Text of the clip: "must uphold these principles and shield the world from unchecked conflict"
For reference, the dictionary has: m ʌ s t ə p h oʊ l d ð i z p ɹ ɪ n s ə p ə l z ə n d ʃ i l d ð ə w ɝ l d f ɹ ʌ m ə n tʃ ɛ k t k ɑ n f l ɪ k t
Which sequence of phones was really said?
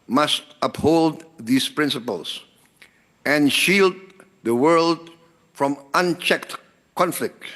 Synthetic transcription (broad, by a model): m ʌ s t ə p h oʊ l d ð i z p ɹ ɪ n s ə p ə l s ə n ʃ i l d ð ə w ɝ l d f ɹ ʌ m ə n tʃ ɛ k t k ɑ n f l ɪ k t